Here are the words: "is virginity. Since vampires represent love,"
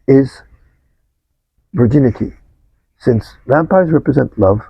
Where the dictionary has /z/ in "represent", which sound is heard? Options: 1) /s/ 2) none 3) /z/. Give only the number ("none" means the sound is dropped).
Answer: 3